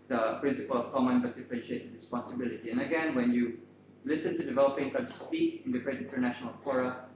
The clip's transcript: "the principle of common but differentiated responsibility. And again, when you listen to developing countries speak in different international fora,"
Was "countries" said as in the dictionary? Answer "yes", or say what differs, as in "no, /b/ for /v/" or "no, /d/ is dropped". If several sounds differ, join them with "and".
no, /n/ is dropped and /ɹ/ is dropped